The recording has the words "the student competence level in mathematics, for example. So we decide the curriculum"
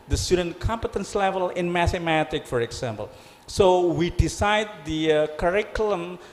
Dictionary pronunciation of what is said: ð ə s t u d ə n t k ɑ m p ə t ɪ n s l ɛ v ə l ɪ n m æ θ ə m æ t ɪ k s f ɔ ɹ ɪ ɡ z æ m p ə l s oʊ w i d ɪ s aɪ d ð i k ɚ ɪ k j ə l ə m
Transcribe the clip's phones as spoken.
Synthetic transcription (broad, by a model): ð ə s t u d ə n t k ɑ m p ə t ɪ n s l ɛ v ə l ɪ n m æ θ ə m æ t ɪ k f ɔ ɹ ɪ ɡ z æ m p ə l s oʊ w i d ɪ s aɪ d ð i k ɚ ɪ k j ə l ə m